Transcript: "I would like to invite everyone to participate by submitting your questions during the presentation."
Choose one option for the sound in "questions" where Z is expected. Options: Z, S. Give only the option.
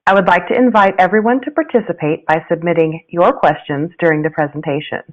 Z